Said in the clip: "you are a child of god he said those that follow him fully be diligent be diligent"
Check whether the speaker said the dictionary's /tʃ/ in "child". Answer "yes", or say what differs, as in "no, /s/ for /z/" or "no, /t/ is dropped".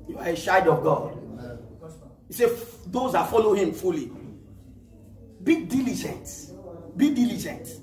no, /ʃ/ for /tʃ/